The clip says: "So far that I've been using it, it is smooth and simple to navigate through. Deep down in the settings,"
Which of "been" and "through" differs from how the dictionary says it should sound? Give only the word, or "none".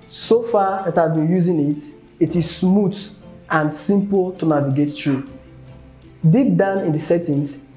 through